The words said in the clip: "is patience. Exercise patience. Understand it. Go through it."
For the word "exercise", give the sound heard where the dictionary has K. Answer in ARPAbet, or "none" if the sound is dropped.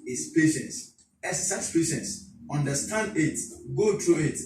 none